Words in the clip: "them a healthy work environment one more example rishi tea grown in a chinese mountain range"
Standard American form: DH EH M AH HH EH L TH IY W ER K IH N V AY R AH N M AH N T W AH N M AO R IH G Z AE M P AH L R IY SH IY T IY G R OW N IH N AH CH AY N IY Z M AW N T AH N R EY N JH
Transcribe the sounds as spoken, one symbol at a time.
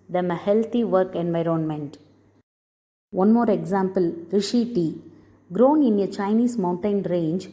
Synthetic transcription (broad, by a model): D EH M AH HH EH L T IY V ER K IH N V AY R AH N M AH N T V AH N M AO R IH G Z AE M P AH L R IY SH IY T IY G R OW N IH N AH CH AY N IY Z M AW N T AH N R EY N JH